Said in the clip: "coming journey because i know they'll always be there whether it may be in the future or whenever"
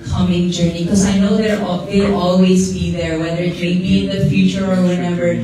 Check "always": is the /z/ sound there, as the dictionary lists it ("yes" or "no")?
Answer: yes